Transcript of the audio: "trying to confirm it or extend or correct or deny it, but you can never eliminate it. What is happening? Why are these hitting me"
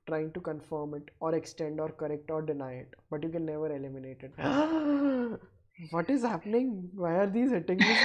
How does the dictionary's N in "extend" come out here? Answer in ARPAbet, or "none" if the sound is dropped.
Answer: N